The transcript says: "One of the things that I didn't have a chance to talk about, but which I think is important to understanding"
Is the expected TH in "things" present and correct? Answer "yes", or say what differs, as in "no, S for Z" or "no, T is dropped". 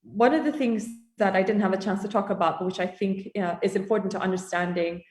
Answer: yes